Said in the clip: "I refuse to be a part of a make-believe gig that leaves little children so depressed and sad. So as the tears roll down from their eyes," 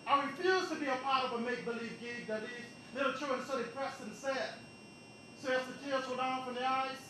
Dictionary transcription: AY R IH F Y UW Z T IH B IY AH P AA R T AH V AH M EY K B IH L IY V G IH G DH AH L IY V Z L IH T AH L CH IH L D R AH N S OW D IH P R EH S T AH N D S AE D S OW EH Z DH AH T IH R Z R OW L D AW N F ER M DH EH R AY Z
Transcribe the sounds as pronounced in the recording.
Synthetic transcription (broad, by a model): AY R IH F Y UW Z T IH B IY AH P AA R T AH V AH M EY K B IH L IY V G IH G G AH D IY Z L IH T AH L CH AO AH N S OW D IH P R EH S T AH N S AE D S OW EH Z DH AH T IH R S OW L D AW N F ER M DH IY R AY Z